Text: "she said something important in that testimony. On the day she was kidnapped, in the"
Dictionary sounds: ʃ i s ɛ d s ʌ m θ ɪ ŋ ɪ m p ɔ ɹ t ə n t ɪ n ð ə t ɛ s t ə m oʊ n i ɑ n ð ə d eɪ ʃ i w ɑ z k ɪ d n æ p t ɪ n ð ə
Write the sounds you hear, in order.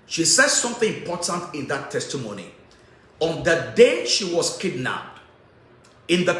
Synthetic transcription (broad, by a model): ʃ i s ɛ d s ʌ m θ ɪ ŋ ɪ m p ɔ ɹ t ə n t ɪ n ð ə t ɛ s t ə m oʊ n i ɑ n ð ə d eɪ ʃ i w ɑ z k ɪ d n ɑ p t ɪ n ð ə